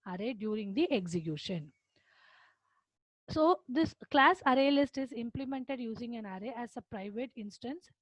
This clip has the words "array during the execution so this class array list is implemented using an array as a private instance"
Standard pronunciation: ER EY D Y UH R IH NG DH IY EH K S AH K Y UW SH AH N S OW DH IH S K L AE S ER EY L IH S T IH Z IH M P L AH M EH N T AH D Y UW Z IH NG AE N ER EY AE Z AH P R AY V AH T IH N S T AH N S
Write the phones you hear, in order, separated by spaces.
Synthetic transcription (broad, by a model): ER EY D Y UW R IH NG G IY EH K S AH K Y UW SH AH N S OW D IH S K L AE S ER EY L IH S T IH Z IH M P L AH M EH N T AH D Y UW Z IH NG AE N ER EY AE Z AH P R AY V AH T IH N S T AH N S